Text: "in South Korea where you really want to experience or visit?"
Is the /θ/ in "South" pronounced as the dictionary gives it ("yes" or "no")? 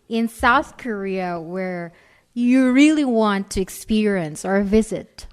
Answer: yes